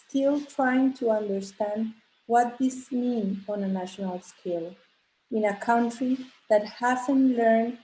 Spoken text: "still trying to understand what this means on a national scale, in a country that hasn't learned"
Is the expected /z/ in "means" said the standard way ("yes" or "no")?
no